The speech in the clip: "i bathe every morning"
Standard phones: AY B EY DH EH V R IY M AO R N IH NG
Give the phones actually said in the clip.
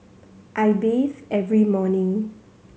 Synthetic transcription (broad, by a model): AY B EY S EH V R IY M AO N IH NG